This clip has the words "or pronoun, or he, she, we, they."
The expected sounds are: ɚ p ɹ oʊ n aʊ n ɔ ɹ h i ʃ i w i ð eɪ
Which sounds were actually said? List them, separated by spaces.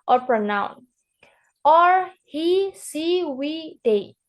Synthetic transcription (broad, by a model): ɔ p ɹ oʊ n aʊ n ɔ ɹ h i s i w i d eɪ